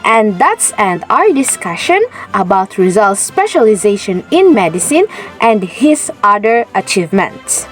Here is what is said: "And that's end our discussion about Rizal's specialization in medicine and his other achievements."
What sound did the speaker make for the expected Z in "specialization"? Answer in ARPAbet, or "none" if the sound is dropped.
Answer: Z